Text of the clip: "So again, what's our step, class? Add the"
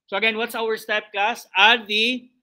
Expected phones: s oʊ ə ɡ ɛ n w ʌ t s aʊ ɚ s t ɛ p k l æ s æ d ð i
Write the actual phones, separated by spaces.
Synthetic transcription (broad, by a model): s oʊ ə ɡ ɛ n w ʌ t s aʊ ɚ s t ɛ p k ɑ s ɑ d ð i